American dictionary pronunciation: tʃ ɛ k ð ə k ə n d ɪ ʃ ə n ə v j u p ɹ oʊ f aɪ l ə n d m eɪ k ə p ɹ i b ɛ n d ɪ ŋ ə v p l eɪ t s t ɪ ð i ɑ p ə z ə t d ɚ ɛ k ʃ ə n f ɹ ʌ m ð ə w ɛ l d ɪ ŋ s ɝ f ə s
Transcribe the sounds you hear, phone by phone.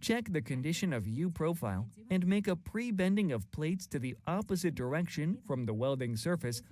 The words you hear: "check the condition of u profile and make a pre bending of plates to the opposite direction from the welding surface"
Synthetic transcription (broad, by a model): tʃ ɛ k ð ə k ə n d ɪ ʃ ə n ə v j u p ɹ oʊ f aɪ l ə n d m eɪ k ə p ɹ i b ɛ n d ɪ ŋ ə v p l eɪ t s t ɪ ð i ɑ p ə z ə t d ɚ ɛ k ʃ ə n f ɹ ʌ m ð ə w ɛ l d ɪ ŋ s ɝ f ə s